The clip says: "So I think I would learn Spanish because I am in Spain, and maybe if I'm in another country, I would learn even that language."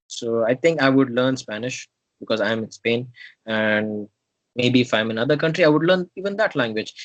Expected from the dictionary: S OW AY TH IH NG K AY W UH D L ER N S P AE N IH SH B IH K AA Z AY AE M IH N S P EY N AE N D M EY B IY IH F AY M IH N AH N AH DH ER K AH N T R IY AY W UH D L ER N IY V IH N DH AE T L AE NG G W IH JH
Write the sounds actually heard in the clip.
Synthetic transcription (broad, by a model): S OW AY T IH NG K AY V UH D L ER N S P AE N IH SH B IH K AA Z AY M IH N S P EY N AE N D M EY B IY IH F AY M IH N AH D AH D K AH N T R IY AY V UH D L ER N IY V IH N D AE T L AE NG G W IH JH